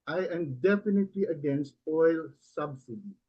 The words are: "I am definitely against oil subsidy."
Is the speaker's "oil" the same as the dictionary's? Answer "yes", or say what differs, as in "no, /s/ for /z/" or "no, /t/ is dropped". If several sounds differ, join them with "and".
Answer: yes